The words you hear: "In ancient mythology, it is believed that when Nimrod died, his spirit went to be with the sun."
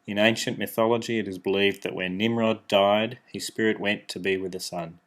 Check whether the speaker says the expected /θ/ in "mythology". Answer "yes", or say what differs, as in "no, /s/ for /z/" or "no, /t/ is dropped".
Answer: yes